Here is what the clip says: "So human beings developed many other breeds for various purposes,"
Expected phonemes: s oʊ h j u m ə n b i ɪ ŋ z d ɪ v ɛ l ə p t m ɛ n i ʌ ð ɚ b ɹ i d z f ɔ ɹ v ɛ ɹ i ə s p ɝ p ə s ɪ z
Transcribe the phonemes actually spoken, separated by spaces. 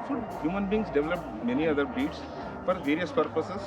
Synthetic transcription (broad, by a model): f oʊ h j u m ə n b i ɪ ŋ s d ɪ v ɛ l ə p m ɛ n i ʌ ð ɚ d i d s f ɔ ɹ v ɛ ɹ i ə s p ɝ p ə s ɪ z